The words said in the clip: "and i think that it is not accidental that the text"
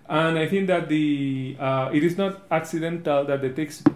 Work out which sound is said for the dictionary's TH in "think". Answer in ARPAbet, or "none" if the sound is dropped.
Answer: T